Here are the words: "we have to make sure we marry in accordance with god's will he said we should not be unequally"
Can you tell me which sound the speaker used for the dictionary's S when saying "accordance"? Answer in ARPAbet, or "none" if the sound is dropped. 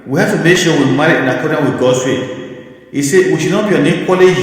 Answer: none